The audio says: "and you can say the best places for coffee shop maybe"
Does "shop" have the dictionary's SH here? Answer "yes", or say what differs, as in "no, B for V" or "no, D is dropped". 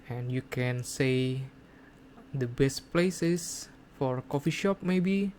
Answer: yes